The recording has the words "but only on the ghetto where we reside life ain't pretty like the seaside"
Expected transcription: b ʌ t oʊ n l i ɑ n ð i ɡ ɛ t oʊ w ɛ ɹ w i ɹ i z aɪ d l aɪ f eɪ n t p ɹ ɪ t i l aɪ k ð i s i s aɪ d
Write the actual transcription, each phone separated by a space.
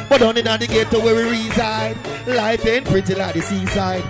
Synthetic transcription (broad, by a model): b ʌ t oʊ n i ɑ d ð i ɡ ɛ t oʊ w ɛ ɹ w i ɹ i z aɪ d l aɪ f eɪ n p ɹ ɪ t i l aɪ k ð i s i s aɪ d